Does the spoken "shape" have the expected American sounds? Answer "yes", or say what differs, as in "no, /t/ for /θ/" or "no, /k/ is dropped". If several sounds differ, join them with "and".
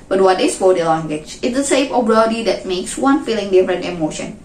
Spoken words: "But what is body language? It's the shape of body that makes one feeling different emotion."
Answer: no, /s/ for /ʃ/ and /f/ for /p/